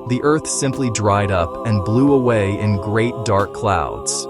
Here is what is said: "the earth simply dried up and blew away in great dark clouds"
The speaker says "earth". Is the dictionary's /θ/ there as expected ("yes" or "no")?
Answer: yes